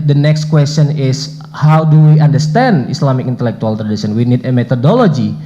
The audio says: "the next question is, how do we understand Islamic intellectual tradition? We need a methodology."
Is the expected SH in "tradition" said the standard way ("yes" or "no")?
no